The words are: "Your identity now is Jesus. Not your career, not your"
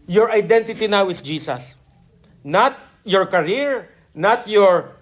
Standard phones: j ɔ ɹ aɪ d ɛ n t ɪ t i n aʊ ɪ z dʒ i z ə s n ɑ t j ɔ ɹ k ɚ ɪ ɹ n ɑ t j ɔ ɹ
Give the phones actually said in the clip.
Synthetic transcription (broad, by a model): j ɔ ɹ aɪ d ɛ n t ɪ t i n aʊ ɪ s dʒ i s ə s n ɑ t j ɔ ɹ k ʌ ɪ ɹ n ɑ t j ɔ ɹ